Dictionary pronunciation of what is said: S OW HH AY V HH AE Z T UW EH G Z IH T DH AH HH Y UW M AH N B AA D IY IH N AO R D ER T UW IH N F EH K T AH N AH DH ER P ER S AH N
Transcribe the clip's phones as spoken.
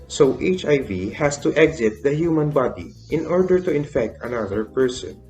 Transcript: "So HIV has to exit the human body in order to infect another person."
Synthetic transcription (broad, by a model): S OW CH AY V HH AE S T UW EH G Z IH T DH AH HH Y UW M AH N B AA D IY IH N AO R D ER T UW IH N F EH K T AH N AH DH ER P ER S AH N